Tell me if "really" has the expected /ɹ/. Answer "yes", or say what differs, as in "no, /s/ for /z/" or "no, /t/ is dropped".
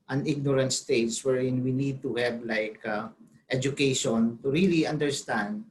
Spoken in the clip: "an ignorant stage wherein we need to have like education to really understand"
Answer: yes